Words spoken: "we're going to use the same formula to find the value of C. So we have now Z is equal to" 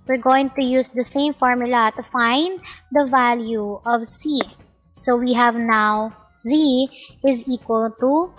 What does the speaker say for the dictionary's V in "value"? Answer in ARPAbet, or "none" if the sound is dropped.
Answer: V